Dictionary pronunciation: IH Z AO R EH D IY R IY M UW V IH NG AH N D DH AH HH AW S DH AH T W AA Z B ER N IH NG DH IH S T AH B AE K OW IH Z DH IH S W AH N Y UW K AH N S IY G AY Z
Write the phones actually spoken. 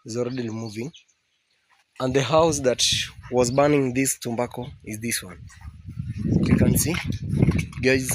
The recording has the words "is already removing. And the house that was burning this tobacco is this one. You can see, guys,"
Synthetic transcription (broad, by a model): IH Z AO R EH D IY L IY M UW V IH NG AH N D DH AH HH AW S DH AH T W AA Z B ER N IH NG DH IH S T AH B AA K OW IH Z DH IH S W AH N Y UW K AH N S IY G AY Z